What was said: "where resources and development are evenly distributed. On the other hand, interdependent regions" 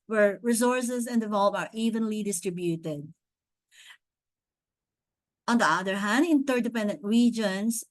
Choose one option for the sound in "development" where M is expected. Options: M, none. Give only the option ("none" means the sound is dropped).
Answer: none